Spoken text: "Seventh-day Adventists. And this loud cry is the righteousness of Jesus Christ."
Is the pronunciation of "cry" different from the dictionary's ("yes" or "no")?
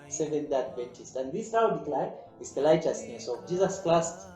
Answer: yes